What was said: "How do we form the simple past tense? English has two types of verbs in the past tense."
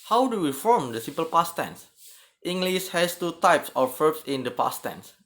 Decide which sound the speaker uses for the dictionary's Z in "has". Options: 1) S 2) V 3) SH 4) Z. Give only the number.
1